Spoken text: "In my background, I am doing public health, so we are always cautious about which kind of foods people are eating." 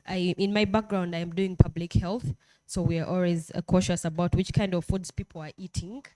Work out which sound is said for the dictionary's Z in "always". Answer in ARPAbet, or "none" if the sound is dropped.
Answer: Z